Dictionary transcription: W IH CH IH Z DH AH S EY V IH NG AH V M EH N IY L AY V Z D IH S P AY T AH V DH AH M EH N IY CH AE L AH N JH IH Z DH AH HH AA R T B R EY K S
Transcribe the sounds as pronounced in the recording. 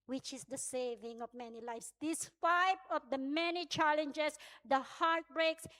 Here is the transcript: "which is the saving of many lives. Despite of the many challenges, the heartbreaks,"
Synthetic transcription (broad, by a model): W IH CH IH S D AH S EY V IH NG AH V M EH N IY L AY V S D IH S F AY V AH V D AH M EH N IY CH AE L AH N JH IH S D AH HH AA R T B R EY K S